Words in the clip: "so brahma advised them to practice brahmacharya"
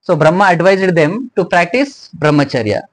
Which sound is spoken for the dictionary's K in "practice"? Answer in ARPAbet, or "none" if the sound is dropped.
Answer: K